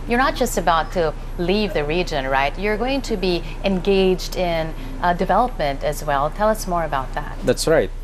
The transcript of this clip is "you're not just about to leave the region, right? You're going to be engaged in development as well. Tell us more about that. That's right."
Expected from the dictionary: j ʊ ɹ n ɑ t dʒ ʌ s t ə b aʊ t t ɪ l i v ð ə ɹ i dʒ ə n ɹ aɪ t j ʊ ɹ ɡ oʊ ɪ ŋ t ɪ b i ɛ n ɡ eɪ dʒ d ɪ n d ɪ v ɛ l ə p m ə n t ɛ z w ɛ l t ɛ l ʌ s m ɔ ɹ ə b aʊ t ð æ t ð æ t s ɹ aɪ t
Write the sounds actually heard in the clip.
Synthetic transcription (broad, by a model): j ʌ ɹ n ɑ t dʒ ʌ s t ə b aʊ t t ɪ l i v ð ə ɹ i dʒ ə n ɹ aɪ t j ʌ ɹ ɡ oʊ ɪ ŋ t ɪ b i ɛ n ɡ eɪ dʒ d ɪ n d ɪ v ɛ l ə p m ə n t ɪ z w ɛ l t ɛ l ʌ s m ɔ ɹ ə b aʊ t ð æ t ð æ t s ɹ aɪ t